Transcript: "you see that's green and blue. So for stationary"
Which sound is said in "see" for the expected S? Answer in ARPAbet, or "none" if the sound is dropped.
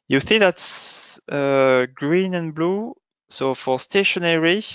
TH